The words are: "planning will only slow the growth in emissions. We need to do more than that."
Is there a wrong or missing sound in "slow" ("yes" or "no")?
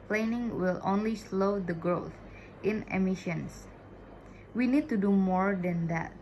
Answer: no